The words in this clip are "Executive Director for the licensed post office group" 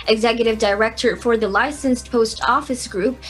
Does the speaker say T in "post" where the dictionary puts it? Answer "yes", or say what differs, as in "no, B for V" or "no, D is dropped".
yes